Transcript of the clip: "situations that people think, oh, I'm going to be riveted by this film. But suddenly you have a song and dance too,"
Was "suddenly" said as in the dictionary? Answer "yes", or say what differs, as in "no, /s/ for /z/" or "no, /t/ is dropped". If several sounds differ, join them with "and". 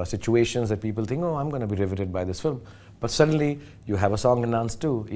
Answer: yes